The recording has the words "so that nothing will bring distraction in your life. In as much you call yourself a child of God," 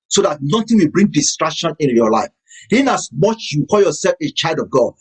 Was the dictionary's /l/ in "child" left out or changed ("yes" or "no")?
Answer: no